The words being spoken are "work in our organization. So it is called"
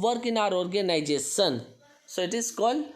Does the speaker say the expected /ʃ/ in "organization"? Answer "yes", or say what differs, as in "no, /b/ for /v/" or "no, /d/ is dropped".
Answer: no, /s/ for /ʃ/